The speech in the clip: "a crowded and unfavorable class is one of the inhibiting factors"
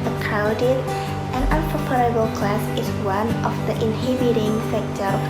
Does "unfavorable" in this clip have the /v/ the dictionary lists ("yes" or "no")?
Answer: no